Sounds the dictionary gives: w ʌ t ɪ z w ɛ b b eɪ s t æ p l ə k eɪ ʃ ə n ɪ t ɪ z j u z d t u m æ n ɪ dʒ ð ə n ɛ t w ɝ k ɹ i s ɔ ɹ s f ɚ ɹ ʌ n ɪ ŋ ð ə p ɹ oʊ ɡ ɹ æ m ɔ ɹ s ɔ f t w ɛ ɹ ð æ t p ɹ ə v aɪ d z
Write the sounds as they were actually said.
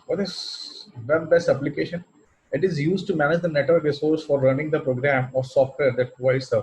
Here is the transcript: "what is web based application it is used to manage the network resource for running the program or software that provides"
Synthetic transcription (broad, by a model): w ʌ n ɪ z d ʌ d b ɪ s ʌ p l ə k eɪ ʃ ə n ɪ t ɪ z j u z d t u m æ n ɪ dʒ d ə n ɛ t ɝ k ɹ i s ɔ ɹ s f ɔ ɹ ʌ n ɪ ŋ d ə p ɹ oʊ ɡ ɹ æ m ɔ ɹ s ɔ f t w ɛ ɹ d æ t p ɹ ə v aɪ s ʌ